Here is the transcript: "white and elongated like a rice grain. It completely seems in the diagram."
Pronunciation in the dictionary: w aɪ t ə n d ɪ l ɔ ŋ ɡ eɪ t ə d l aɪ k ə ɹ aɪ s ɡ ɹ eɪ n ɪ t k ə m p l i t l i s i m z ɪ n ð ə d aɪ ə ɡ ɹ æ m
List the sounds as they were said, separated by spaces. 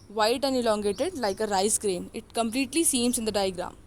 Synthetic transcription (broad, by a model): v aɪ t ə n ɪ l ɔ ŋ ɡ eɪ t ə d l aɪ k ə ɹ aɪ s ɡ ɹ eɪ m ɪ t k ə m p l i t l i s i m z ɪ n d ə d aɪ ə ɡ ɹ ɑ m